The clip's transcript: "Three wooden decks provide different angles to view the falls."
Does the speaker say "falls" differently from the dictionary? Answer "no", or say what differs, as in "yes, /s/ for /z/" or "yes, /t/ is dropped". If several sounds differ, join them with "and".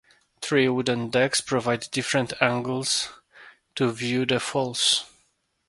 yes, /s/ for /z/